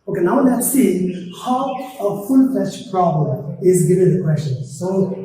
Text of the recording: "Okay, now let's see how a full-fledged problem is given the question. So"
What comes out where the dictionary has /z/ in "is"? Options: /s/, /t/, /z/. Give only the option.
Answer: /z/